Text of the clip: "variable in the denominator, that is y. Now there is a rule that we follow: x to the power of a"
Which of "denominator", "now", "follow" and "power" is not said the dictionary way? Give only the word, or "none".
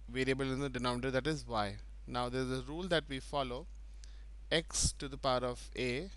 denominator